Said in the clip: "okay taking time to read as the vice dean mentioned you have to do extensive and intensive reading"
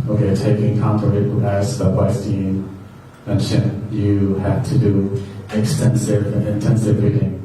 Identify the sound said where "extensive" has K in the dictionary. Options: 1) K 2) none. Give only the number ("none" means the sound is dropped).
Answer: 1